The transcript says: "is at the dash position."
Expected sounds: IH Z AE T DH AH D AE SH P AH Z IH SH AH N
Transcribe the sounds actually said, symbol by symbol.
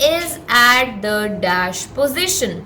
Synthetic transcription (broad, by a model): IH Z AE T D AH D AE SH P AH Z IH SH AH N